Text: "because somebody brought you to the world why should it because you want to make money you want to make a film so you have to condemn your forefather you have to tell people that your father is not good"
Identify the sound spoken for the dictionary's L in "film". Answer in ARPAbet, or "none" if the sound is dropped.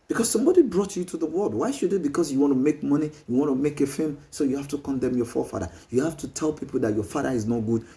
none